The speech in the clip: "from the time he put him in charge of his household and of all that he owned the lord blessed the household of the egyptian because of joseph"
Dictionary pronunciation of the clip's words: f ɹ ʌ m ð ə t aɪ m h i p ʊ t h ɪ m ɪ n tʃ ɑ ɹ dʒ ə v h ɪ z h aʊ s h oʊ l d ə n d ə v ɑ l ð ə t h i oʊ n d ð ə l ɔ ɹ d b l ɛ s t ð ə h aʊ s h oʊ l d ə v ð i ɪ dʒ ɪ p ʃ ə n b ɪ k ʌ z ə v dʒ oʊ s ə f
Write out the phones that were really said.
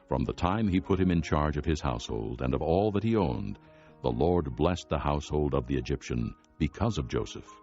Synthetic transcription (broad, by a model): f ɹ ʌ m ð ə t aɪ m i p ʊ t h ɪ m ɪ n tʃ ɑ ɹ dʒ ə v ɪ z h aʊ s h oʊ l d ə n ə v ɑ l ð ə t h i oʊ n ð ə l ɔ ɹ d b l ɛ s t ð ə h aʊ s h oʊ l d ə v ð i ɪ dʒ ɪ p ʃ ə n b ɪ k ʌ z ə v dʒ oʊ s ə f